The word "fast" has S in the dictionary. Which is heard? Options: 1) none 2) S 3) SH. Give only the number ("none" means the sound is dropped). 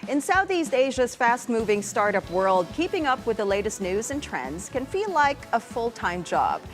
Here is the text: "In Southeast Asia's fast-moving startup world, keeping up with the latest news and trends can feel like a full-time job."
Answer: 2